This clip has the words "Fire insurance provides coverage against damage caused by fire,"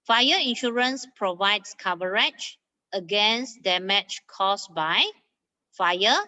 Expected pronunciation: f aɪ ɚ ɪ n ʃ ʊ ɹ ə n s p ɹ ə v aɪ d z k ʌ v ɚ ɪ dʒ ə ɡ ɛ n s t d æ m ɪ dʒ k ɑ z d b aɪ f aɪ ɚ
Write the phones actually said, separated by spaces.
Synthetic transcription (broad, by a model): f aɪ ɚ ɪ n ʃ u ɹ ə n s p ɹ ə v aɪ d s k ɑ v ɚ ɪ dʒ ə ɡ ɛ n s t d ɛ m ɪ tʃ k ɑ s b aɪ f aɪ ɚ